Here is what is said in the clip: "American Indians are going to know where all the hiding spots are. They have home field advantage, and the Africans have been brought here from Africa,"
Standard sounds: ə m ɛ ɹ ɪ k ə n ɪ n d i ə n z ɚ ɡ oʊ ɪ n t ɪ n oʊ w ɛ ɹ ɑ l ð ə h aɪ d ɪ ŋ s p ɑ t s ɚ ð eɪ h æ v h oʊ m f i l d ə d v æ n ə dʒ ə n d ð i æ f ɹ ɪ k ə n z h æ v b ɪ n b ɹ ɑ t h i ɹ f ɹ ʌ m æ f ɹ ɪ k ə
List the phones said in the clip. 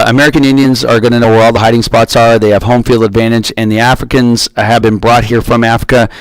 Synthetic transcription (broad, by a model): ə m ɛ ɹ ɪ k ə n ɪ n d i ə n z ɚ ɡ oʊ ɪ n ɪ n oʊ w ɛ ɹ ɑ l ð ə h aɪ d ɪ ŋ s p ɑ t s ɚ ð eɪ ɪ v h oʊ m f i l d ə d v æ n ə dʒ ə n ð i æ f ɹ ɪ k ə n z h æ v b ɪ n b ɹ ɑ t h i ɹ f ɹ ʌ m æ f ɹ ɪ k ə